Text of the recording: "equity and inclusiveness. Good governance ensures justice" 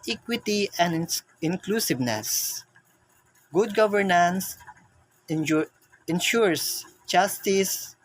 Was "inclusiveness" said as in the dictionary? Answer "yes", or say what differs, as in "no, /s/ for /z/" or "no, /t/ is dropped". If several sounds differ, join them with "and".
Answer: yes